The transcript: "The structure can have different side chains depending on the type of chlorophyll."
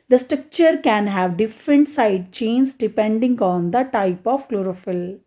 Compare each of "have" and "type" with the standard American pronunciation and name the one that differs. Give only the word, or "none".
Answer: none